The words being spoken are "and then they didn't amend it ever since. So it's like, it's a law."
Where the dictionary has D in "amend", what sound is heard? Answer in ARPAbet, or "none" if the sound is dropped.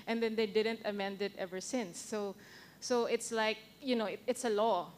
D